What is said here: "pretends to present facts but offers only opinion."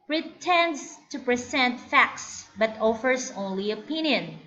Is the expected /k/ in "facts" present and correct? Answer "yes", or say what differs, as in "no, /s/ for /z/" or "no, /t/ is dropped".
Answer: yes